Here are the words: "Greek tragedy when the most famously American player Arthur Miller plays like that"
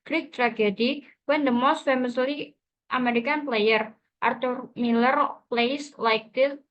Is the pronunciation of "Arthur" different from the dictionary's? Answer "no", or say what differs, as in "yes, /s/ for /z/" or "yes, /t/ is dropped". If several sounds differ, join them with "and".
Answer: yes, /t/ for /θ/